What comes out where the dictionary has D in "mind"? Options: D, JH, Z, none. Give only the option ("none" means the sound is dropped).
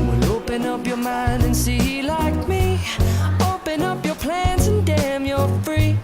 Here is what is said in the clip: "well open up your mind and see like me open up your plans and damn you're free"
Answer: D